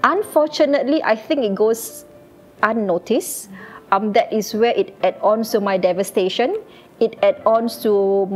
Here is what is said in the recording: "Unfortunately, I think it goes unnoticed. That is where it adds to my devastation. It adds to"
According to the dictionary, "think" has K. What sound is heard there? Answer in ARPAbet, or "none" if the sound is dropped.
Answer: K